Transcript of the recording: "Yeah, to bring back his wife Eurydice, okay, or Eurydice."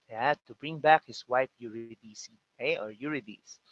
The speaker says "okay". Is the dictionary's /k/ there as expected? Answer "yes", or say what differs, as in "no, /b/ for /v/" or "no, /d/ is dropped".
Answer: no, /k/ is dropped